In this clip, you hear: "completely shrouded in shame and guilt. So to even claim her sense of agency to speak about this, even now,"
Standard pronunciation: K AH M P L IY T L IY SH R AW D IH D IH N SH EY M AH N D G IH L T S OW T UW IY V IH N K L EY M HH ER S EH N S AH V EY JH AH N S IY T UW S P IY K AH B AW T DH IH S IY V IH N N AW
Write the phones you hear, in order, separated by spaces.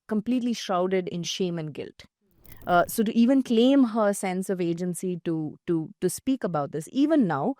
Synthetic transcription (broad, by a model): K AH M P L IY T L IY SH R AW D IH D IH N SH EY M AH N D G IH L T S OW T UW IY V IH N K L EY M HH ER S EH N S AH V EY JH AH N S IY T UW S P IY K AH B AW T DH IH S IY V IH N N AW